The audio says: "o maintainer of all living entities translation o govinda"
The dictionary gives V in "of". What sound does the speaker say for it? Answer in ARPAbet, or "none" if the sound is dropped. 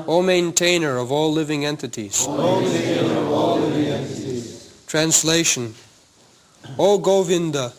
V